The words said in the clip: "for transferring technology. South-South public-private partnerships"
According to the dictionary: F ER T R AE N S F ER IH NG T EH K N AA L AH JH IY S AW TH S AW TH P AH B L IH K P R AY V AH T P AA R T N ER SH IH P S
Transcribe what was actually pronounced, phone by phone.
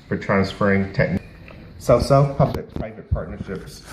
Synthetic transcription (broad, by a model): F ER T R AE N S F ER IH NG T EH K N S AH IY S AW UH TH P AH B L IH K P R AY V AH T P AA R T N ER SH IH P S